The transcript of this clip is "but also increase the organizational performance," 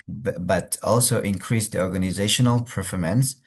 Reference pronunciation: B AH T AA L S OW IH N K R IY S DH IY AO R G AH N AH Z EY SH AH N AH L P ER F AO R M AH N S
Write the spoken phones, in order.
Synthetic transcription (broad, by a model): B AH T AA L S OW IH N K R IY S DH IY AO R G AH N AH Z EY SH AH N AH L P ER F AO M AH N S